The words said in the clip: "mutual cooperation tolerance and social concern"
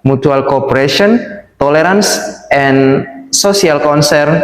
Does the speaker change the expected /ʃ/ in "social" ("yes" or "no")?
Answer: yes